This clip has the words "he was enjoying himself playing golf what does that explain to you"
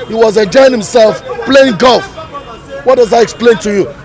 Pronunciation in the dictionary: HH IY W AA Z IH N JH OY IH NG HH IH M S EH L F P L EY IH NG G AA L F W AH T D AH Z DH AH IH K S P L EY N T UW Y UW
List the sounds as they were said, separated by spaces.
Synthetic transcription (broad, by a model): HH IY W AA Z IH JH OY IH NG HH IH M S EH L F P L EY IH NG G AA L F W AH T D AH Z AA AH IH K S P L EY N T UW Y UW